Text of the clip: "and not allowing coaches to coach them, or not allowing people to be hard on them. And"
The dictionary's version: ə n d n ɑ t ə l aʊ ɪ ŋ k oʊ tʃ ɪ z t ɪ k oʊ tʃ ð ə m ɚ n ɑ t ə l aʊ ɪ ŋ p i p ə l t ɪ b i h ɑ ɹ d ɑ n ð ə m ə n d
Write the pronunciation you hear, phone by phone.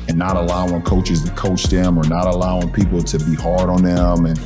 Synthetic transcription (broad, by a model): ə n n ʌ t ə l aʊ ɪ ŋ k oʊ tʃ ɪ z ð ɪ k oʊ tʃ ð ə m ɚ n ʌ t ə l aʊ ɪ ŋ p i p l t ɪ b i h ɑ ɹ d n ð ə m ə n